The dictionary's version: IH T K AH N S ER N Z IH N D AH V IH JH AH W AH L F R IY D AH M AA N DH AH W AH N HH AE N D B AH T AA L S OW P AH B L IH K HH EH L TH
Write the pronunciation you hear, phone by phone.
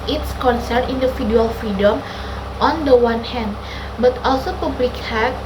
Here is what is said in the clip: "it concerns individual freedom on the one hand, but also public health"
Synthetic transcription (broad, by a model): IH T K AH N S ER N IY N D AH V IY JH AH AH L F R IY D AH M AA N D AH W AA N HH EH N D B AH T AA L S OW P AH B L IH K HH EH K